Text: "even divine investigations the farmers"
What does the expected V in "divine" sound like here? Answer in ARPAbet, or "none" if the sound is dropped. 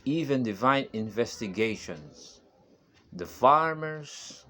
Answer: V